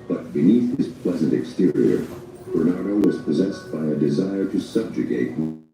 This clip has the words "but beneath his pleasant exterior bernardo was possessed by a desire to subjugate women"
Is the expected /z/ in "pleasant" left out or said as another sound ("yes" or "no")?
no